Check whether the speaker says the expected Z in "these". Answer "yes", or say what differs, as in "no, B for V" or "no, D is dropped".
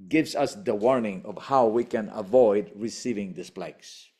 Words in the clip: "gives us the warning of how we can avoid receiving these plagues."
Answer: no, S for Z